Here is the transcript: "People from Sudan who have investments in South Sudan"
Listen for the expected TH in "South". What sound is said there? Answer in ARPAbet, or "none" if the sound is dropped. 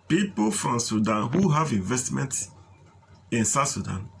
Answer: T